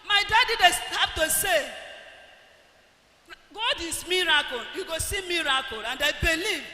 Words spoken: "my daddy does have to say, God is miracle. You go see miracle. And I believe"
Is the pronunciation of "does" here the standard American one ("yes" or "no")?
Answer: no